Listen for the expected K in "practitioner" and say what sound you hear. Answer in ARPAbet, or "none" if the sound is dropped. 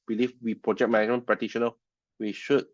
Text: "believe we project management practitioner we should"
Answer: none